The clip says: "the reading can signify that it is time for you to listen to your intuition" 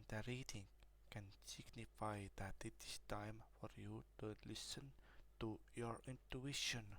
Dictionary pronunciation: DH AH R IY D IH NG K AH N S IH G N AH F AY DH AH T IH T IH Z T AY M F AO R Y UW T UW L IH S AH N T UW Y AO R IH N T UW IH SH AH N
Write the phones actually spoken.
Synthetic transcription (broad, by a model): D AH R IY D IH NG K AH N S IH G N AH F AY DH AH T IH T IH S T AY M F AO R Y UW T UW L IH S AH N T UW Y AO R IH N T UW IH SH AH N